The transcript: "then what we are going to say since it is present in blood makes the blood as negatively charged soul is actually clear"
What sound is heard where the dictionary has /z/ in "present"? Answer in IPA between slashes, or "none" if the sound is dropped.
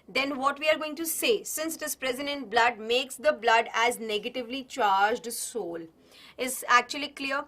/z/